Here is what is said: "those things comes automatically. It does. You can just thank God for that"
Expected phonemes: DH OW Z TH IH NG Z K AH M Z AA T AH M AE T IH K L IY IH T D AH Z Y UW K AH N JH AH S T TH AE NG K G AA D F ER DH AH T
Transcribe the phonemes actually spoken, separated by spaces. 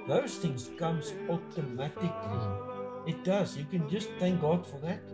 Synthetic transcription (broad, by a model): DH OW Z TH IH NG Z K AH M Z AA T AH M AE T IH K L IY IH T D AH Z Y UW K AH N JH AH S T TH AE NG K G AA D F ER DH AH T